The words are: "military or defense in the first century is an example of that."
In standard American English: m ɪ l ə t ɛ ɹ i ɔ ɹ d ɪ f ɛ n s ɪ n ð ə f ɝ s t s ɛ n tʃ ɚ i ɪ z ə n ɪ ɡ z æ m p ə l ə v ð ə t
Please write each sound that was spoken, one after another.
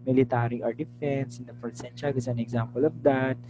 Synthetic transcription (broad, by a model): m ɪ l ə t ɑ ɹ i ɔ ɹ d ɪ f ɛ n s ɪ n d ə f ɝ t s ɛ n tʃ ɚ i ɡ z ə n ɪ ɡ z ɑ m p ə l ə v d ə t